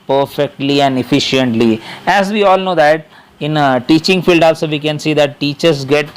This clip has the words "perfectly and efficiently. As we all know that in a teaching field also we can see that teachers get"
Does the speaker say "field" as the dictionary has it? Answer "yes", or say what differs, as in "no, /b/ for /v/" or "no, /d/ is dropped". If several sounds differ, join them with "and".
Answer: yes